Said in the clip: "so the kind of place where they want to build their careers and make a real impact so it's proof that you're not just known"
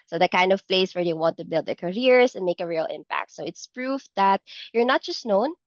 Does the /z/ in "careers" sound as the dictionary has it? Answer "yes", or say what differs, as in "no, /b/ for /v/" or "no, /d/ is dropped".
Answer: no, /s/ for /z/